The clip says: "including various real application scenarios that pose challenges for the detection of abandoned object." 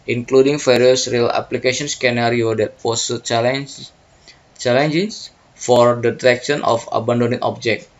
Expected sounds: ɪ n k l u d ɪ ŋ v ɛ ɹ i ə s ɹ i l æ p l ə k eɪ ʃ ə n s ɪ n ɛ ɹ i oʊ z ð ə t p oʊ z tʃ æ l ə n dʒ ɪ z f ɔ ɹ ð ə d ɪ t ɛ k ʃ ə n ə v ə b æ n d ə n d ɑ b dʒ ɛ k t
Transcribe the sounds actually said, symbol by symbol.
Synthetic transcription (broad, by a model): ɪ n k l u d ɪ ŋ f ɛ ɹ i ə s ɹ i l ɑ p l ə k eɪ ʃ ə n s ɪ n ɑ ɹ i oʊ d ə t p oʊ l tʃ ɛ l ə n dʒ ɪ s f ɔ ɹ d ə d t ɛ k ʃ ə n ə f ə b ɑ n d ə n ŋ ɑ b dʒ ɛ k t